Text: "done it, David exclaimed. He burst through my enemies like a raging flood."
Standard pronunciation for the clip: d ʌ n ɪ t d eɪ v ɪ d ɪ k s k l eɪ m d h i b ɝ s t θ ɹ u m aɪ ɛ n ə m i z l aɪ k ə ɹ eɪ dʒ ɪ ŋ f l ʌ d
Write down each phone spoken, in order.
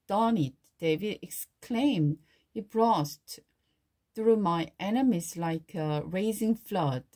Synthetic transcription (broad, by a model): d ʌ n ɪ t d eɪ v ɪ d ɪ k s k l eɪ m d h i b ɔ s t θ ɹ u m aɪ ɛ n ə m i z l aɪ k ə ɹ eɪ z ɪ ŋ f l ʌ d